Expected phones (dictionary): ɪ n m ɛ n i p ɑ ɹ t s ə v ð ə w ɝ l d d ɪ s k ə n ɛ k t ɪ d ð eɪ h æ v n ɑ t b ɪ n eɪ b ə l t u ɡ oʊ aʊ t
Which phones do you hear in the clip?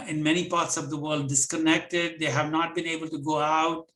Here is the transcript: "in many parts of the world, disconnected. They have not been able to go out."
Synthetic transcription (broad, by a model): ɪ n m ɛ n i p ɑ ɹ t s ə v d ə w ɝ l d d ɪ s k ə n ɛ k t ɪ d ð eɪ h æ v n ɑ t b ɪ n eɪ b ə l t u ɡ oʊ aʊ t